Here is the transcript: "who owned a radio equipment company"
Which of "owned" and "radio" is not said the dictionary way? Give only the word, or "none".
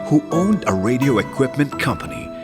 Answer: none